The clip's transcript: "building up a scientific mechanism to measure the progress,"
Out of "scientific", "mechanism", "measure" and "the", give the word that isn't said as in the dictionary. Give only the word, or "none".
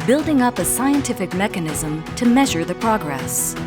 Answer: none